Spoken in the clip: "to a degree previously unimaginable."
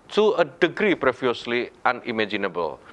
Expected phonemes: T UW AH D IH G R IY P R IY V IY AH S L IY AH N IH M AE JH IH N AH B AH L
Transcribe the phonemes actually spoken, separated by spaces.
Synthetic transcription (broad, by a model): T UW AH D IH G R IY P R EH F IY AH S L IY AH N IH M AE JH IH N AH B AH L